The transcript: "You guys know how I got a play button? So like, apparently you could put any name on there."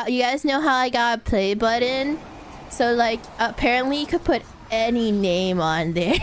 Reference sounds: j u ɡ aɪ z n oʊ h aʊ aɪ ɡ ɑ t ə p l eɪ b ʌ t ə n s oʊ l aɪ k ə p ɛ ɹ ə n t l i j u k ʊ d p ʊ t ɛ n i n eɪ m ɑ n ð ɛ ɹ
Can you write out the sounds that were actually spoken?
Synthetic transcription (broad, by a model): j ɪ ɡ aɪ z n oʊ h aʊ aɪ ɡ ɑ t ə p l eɪ b ʌ t ə n s oʊ l aɪ k ə p ɛ ɹ ə n t l i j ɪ k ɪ d p ʊ t ɛ n i n eɪ m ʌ n ð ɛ ɹ